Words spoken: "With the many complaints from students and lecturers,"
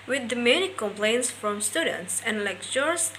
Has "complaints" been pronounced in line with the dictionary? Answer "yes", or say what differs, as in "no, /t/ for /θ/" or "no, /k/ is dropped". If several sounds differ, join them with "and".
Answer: yes